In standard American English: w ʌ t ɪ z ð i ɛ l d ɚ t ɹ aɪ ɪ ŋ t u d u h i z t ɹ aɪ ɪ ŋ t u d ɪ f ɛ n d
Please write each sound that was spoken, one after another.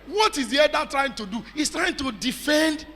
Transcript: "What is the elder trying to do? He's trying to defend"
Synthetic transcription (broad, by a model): w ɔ t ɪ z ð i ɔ d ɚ t ɹ aɪ ɪ ŋ t u d u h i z t ɹ aɪ ɪ ŋ t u d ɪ f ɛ n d